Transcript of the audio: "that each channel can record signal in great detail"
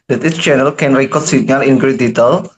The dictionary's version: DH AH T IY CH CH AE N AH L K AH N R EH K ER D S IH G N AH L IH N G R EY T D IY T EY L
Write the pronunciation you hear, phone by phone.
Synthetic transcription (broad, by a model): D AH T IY S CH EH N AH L K AH N R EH K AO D S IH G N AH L IH N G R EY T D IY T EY L